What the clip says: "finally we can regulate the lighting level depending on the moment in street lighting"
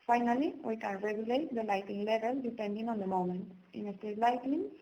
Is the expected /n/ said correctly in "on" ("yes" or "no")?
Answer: yes